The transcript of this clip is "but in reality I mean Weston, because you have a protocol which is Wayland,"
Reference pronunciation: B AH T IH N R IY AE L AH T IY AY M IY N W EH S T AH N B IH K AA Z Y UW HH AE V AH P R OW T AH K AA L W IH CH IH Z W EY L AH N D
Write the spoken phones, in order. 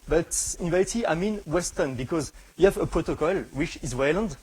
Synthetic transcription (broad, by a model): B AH T IH N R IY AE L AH T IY AY M IY N W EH S T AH N B IH K AA Z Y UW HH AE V AH P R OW T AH K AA L W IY CH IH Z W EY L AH N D